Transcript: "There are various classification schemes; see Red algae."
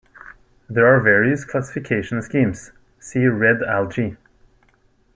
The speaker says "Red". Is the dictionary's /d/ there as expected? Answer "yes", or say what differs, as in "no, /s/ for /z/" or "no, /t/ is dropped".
yes